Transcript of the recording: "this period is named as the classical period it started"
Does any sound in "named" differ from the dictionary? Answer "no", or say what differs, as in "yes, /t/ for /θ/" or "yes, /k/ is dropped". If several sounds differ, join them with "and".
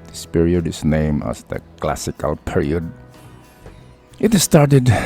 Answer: yes, /d/ is dropped